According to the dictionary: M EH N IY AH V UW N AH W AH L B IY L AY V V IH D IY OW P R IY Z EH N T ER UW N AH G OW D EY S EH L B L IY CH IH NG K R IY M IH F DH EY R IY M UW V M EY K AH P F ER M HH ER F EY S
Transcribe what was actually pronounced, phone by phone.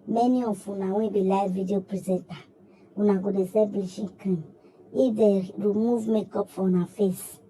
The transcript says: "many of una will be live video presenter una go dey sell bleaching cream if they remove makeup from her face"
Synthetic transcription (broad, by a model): M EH N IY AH F UW N AH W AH B IY L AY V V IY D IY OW P R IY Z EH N T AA UW N AH G OW D EY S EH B L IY SH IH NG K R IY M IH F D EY R IY M UW V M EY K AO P F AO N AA F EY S